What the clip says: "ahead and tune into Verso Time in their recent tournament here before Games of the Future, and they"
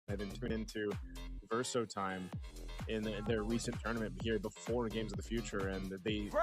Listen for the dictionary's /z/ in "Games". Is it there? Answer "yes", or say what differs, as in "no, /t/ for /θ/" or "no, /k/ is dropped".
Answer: yes